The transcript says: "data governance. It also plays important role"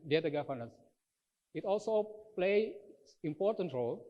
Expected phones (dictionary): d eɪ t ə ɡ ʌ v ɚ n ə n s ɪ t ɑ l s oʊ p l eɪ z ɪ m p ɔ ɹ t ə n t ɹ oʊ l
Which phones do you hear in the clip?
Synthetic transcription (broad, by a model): d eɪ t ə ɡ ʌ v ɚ n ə s ɪ t ɑ l s oʊ p l eɪ ɪ m p ɔ ɹ t ə n t ɹ oʊ l